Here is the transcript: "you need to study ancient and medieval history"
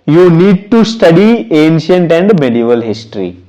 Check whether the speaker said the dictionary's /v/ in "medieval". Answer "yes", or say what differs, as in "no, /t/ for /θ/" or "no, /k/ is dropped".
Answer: yes